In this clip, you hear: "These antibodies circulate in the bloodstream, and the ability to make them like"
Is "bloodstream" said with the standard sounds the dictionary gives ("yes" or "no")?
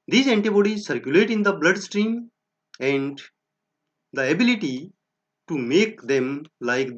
yes